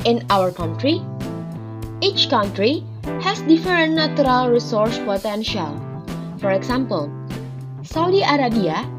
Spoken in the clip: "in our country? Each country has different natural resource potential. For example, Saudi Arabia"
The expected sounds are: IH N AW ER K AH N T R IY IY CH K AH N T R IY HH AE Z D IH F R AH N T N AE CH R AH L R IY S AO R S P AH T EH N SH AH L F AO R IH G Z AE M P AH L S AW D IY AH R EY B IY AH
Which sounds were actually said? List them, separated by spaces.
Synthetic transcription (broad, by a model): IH N AW ER K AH N T R IY IY CH K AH N T R IY HH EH S D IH F AH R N N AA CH R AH L R IY S AO R S P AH T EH N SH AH L F AO R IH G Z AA M P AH L S AW D IY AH R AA B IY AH